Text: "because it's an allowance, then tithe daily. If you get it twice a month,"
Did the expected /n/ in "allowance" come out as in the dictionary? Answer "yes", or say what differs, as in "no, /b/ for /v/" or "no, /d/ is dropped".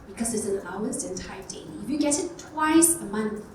no, /n/ is dropped